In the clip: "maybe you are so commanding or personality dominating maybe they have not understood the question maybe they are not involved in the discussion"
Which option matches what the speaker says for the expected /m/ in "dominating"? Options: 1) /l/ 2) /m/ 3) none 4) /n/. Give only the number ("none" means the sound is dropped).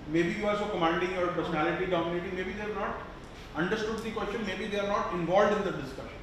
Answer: 3